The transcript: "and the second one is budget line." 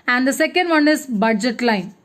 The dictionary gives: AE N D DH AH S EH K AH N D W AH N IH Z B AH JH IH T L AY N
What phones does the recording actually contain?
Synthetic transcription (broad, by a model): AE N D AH S EH K AH N D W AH N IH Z B AH JH IH T L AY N